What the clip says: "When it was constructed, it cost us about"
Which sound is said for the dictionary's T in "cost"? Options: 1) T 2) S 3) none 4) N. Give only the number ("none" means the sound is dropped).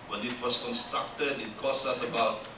3